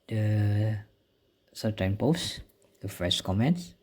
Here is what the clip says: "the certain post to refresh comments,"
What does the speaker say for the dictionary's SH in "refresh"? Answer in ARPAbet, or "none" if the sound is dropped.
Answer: S